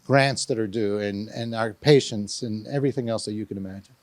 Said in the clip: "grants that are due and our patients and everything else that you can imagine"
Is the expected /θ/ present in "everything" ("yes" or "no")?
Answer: yes